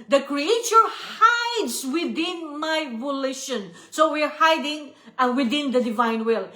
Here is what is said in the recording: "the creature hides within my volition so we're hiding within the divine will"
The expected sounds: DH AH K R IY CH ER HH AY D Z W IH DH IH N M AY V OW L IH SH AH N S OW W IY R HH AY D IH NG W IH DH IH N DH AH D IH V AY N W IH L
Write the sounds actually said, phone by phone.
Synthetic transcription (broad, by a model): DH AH K R IY CH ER HH AY D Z W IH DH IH N M AY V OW L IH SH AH N S OW W IY R HH AY D IH NG W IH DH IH N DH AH D IH V AY N W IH L